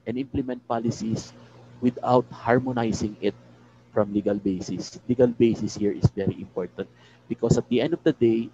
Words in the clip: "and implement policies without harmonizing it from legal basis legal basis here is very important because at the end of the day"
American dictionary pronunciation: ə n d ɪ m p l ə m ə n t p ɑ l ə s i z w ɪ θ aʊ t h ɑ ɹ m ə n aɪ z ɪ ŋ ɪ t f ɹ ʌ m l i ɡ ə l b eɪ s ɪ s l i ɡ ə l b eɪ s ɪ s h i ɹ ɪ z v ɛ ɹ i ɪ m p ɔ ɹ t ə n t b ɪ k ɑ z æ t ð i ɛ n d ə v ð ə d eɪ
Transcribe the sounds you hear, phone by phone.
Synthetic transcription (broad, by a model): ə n ɪ m p l ə m ə n t p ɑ l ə s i s w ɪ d aʊ t h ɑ ɹ m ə n aɪ s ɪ ŋ ɪ t f ɹ ʌ m l i ɡ ə l b eɪ s ɪ s l i ɡ ə l b eɪ s ɪ s h i ɹ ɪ s v ɛ ɹ i ɪ m p ɔ ɹ t ə n t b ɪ k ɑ s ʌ t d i ɛ n d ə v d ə d eɪ